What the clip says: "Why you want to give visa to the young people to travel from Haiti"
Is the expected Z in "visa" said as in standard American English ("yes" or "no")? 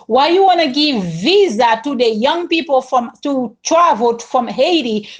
yes